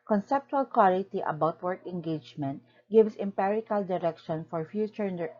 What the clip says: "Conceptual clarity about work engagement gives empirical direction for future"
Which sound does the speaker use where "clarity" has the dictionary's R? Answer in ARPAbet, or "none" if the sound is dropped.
L